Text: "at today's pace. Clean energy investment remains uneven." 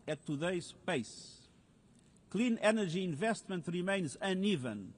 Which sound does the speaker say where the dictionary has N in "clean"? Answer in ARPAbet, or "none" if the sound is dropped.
N